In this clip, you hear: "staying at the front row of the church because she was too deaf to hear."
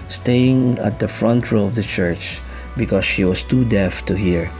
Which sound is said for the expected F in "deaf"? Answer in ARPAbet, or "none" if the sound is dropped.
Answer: F